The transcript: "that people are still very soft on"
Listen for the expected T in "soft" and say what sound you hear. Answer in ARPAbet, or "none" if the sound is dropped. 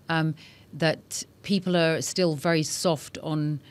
T